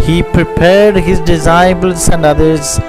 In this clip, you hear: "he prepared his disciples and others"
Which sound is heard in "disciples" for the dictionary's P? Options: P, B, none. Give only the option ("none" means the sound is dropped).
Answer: B